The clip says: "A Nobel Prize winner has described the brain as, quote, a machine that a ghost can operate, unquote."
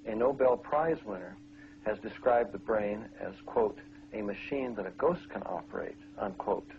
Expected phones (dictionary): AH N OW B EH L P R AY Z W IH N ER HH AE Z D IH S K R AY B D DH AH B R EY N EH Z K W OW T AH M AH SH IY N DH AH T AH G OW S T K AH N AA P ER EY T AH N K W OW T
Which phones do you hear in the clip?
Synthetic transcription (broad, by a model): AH N OW B EH L P R AY Z W IH N ER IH Z D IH S K R AY B DH AH B R EY N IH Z K W OW T AH M AH SH IY N DH AH T AH G OW S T K AH N AA P ER EY T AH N K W OW T